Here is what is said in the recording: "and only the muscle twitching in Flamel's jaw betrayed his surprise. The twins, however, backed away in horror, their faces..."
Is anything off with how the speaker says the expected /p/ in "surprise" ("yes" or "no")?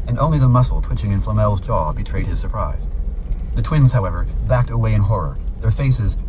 no